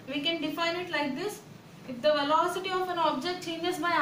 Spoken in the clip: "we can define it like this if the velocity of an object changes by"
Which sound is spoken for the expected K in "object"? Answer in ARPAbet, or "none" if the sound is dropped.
K